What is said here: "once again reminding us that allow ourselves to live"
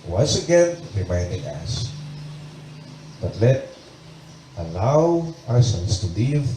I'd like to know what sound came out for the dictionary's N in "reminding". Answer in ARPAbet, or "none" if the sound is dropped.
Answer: N